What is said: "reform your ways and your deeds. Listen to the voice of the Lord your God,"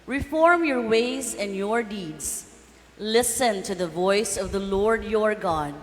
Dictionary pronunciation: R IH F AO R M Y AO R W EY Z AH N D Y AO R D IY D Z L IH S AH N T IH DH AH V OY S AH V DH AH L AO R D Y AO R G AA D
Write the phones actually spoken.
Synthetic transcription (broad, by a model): R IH F AO R M Y AO R W EY Z AH N D Y AO R D IY D Z L IH S AH N T IH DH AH V OY S AH V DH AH L AO R D Y AO R G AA D